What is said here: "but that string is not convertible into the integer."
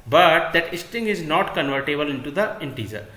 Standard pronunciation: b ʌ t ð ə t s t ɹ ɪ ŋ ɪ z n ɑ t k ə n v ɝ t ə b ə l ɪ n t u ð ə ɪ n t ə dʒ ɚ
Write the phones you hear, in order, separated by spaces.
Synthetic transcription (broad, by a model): b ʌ t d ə t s t ɪ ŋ ɪ z n ɑ t k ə n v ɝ t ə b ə l ɪ n t u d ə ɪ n t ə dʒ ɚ